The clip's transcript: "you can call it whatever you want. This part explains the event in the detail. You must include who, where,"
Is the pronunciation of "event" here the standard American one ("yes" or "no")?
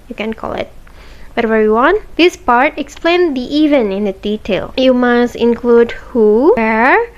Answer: no